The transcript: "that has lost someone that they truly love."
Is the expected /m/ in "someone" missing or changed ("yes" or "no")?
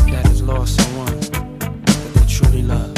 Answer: yes